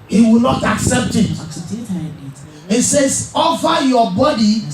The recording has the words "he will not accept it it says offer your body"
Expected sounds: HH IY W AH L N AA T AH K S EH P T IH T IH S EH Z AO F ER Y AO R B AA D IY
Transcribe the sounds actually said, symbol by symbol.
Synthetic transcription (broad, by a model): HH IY W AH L N AA T AH K S EH P T IH T IH S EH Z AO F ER Y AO B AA D IY